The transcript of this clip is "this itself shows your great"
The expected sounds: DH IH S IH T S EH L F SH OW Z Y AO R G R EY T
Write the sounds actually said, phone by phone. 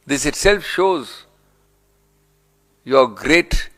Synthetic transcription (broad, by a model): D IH S IH T S EH L F SH OW Z Y AO R G R EY T